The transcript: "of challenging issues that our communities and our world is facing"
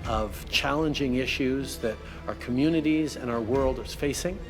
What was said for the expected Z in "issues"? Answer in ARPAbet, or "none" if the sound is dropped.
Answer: Z